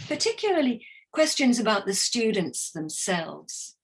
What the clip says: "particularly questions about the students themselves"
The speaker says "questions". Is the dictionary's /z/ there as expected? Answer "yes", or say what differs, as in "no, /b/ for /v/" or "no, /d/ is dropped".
yes